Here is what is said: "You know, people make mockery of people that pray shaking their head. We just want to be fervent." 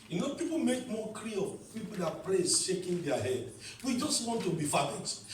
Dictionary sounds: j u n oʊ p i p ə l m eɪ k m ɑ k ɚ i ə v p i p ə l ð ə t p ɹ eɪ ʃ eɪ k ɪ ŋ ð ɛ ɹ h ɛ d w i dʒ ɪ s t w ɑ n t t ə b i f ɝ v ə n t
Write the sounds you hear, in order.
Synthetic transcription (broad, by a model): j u n oʊ p i p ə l m eɪ k m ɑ k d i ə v p i p ə l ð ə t p l eɪ ʃ eɪ k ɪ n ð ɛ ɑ h ɛ d w i dʒ ɪ s t w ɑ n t t ə b i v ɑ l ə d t